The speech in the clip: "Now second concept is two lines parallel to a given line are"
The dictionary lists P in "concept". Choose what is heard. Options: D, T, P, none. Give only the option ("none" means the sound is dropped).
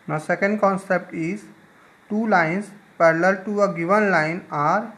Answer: P